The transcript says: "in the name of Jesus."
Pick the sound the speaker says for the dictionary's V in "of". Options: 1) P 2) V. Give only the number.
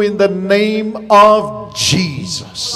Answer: 2